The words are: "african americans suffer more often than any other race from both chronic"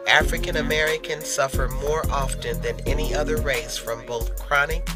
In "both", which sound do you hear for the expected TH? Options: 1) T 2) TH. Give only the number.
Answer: 2